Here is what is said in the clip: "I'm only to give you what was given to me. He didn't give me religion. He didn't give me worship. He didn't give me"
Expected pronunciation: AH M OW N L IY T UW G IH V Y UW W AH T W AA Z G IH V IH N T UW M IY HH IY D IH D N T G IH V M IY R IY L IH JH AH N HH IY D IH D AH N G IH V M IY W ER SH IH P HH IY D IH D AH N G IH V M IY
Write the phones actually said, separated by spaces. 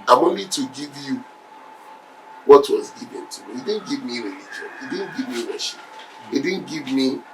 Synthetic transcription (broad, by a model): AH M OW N IY T UW G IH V Y UW W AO T W AA Z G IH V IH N T UW M IY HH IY D IH D N T G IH V M IY R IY L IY JH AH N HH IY D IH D N G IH V M IY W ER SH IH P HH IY D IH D N G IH V M IY